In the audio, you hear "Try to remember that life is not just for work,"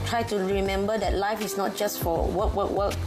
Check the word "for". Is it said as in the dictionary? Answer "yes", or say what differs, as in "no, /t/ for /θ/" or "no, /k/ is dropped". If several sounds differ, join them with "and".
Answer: no, /w/ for /ɹ/